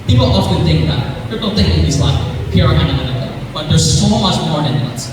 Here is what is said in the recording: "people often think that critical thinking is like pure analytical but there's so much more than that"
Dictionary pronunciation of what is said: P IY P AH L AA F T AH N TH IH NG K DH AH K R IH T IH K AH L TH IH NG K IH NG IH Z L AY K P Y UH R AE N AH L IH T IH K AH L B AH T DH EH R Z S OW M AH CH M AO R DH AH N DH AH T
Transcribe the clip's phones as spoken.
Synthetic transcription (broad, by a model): P IY P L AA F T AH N TH IH NG K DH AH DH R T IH AH N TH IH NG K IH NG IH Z L AY K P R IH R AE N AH N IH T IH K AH B AH T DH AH R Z S OW M AH CH M AO R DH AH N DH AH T